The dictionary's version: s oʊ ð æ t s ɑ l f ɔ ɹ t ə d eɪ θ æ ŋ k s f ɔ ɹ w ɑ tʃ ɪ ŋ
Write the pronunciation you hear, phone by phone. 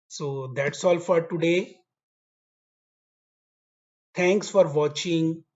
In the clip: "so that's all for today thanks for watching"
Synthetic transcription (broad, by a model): s oʊ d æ t s ɑ l f ɔ ɹ t ə d eɪ t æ ŋ k s f ɔ ɹ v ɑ tʃ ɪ ŋ